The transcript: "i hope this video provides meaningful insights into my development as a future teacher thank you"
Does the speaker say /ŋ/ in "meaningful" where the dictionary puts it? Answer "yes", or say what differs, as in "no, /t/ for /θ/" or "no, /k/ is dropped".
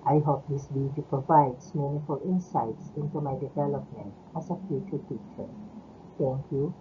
no, /ŋ/ is dropped